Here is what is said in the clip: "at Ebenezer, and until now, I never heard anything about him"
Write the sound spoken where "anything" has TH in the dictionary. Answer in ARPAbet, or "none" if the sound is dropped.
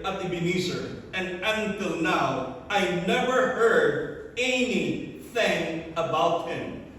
TH